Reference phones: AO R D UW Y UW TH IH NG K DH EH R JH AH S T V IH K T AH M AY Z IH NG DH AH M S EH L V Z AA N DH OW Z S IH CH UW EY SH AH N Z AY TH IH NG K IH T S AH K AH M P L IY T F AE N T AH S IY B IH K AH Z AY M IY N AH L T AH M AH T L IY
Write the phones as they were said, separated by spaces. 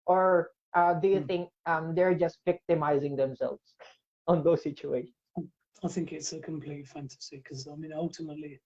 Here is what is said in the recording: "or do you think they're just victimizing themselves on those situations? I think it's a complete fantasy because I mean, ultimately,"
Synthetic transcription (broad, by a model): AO R D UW Y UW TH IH NG K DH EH R JH AH S T V IH K T AH M AY Z IH NG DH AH M S EH L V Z AA N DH OW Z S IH CH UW EY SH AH N AY TH IH NG K IH T S AH K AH M P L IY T F AE N T AH S IY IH K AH Z AY M IY N AH L T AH M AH T L IY